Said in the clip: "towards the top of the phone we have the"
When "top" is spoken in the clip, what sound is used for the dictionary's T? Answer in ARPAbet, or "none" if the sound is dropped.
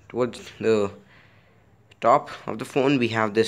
T